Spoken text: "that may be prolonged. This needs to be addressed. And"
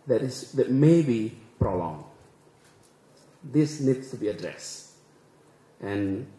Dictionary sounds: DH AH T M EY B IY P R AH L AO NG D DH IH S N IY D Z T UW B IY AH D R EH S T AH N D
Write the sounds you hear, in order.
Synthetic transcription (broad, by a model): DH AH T M EY B IY P R AH L AO NG D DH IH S N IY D S T UW B IY AH D R EH S T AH N